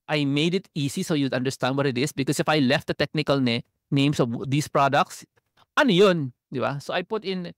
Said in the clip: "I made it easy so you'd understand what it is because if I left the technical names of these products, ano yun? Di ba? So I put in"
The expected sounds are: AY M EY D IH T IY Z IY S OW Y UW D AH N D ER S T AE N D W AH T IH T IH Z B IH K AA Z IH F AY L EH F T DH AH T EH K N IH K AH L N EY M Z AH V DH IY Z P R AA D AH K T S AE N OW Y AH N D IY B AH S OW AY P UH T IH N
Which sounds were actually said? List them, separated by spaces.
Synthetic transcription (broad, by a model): AY M EY D IH T IY S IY S OW Y UW D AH N D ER S T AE N D W AH T IH T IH S B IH K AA S IH F AY L EH F T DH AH T EH K N IH K AH L N EY M S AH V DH IY S P R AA D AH K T S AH N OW Y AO N D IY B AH S OW AY P UH T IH N